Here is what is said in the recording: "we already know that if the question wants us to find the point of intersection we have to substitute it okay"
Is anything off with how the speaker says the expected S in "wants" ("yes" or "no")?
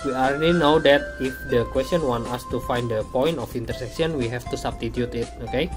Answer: yes